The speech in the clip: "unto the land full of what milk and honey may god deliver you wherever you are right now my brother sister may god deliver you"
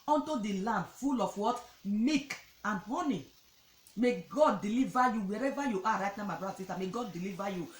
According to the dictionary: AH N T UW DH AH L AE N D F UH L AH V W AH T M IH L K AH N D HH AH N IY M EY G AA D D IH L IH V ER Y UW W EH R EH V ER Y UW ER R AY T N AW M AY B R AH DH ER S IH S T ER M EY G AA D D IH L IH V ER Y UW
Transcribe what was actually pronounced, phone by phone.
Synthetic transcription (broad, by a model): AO N T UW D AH L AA N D F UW L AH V W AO T M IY K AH N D HH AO N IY M EY G AA D D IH L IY V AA Y UW W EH R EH V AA Y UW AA R AY T N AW M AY B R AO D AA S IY S T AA M EY G AA D D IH L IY V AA Y UW